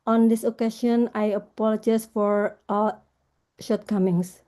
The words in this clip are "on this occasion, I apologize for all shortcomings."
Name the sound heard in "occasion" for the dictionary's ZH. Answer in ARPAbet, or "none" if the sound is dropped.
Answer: SH